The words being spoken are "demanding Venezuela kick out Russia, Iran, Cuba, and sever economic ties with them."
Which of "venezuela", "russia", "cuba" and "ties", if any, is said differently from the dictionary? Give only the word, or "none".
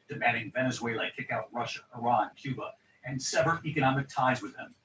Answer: none